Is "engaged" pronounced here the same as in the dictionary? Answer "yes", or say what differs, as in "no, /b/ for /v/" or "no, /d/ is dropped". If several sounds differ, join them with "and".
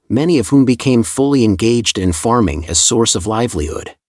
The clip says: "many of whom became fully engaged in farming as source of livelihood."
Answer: yes